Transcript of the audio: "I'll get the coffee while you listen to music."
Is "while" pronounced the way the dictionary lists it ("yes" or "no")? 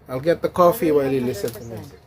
yes